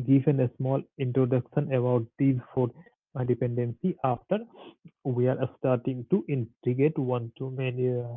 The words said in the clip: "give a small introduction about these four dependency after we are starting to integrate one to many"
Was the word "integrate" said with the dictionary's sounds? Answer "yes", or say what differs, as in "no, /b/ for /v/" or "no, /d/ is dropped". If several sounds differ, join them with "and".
no, /ɹ/ is dropped